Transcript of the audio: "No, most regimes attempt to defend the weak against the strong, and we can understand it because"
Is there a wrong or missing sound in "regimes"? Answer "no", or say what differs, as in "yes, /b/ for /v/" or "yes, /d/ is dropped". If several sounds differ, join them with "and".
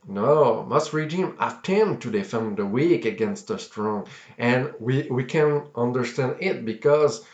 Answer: yes, /z/ is dropped